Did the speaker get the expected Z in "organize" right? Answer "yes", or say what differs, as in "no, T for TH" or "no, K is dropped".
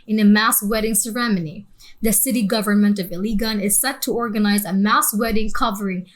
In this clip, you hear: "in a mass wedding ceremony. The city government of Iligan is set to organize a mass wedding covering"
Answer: yes